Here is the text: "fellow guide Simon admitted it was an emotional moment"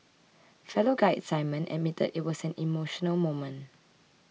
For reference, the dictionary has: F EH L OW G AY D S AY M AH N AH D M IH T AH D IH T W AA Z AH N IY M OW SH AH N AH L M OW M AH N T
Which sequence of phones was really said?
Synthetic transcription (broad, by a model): F EH L OW G AY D S AY M AH N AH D M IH T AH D IH T W AA S AH N IY M OW SH AH N AH L M OW M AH N